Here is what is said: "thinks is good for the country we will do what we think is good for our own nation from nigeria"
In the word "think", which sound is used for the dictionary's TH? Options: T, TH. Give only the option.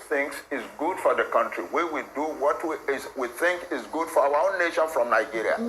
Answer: TH